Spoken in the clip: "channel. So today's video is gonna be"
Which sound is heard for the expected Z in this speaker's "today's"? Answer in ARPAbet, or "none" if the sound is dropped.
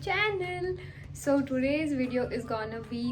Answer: Z